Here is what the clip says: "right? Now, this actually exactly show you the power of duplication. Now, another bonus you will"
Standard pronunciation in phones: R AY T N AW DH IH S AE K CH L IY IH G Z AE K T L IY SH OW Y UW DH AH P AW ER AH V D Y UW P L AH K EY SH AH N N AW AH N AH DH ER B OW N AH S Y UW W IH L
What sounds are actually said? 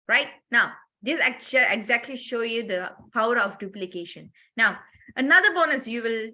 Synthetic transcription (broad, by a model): R AY T N AW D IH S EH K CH IY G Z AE K T L IY SH OW Y UW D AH P AW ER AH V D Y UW P L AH K EY SH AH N N AW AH N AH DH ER B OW N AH S Y UW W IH L